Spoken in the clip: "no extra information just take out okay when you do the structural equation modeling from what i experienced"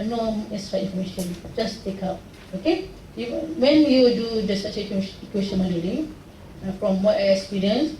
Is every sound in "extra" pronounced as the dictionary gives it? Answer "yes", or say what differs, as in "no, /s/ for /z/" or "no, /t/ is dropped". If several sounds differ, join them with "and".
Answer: no, /k/ is dropped